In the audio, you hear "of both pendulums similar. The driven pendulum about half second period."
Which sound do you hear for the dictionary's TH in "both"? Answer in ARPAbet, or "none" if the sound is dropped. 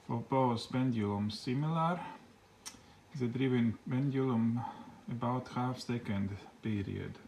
S